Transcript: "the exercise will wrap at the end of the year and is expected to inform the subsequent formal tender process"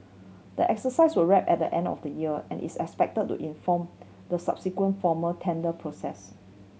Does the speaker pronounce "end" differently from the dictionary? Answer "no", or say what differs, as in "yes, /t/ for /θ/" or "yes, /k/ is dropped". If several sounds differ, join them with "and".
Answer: no